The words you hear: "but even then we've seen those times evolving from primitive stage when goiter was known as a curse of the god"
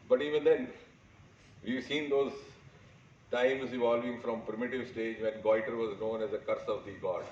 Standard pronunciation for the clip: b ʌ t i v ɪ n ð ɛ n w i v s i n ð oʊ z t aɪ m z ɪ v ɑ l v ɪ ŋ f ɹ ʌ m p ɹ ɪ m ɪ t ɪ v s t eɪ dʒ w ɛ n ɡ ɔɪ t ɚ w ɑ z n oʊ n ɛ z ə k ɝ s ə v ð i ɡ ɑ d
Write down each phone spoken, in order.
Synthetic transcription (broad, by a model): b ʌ t i v ɪ n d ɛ n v i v s i n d oʊ z t aɪ m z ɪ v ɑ l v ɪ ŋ f ɹ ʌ m p ɹ ɪ m ɪ t ɪ v s t eɪ dʒ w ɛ n ɡ ɔɪ t ɚ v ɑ z n oʊ n ɛ z ə k ɝ s ə v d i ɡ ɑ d